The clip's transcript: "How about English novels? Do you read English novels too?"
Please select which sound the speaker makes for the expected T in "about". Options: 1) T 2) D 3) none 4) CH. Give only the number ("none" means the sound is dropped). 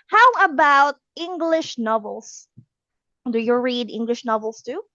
1